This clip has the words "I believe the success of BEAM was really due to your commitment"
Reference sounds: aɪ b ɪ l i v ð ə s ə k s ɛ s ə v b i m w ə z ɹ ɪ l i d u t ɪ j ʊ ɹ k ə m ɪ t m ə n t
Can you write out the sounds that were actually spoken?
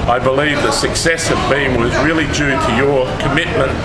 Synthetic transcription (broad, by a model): aɪ b ɪ l i v ð ə s ə k s ɛ s ə v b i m w ə z ɹ ɪ l i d u t ɪ j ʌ ɹ k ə m ɪ t m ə n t